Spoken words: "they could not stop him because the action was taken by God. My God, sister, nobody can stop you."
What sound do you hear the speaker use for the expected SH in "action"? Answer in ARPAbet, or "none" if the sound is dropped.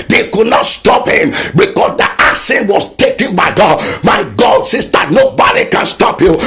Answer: S